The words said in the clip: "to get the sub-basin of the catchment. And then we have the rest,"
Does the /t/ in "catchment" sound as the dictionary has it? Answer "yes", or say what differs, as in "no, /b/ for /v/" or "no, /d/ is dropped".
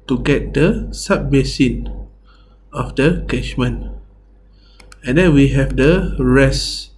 no, /t/ is dropped